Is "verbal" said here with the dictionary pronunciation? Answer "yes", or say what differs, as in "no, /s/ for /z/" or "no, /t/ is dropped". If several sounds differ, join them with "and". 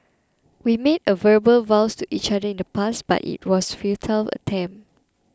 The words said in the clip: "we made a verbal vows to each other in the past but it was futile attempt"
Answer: yes